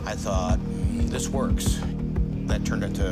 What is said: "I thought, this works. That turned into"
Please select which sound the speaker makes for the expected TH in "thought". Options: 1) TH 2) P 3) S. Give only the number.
1